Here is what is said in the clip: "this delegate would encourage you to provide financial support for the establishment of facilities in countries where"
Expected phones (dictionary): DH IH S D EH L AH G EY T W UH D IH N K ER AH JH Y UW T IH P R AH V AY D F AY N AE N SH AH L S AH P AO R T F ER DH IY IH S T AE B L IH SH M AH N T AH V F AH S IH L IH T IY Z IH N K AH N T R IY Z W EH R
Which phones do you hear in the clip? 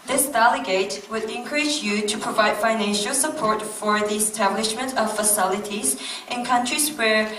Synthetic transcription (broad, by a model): DH IH S D EH L AH G EY T W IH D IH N K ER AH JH Y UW T IH P R AH V AY D F AY N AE N SH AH L S AH P AO R T F ER DH IY IH S T AE B L IH SH M AH N T AH V F AH S IH L IH T IY Z IH N K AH N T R IY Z W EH R